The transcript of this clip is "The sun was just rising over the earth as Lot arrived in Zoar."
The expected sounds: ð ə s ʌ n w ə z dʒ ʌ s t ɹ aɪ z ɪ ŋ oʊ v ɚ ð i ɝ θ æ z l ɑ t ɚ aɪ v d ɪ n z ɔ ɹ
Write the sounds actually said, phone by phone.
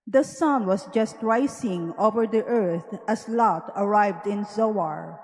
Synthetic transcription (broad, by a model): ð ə s ʌ n w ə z dʒ ʌ s t ɹ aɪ s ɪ ŋ oʊ v ɚ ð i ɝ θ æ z l ɑ t ɚ aɪ v d ɪ n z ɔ ɹ